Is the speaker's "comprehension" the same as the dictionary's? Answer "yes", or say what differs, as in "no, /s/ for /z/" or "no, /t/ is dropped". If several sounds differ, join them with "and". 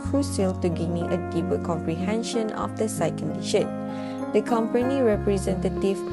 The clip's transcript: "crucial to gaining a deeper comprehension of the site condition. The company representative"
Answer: yes